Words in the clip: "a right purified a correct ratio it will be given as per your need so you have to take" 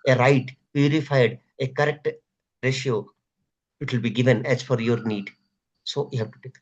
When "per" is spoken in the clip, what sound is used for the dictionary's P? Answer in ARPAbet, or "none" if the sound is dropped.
F